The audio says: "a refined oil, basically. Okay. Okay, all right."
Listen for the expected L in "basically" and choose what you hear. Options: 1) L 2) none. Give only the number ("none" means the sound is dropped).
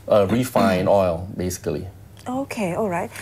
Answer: 2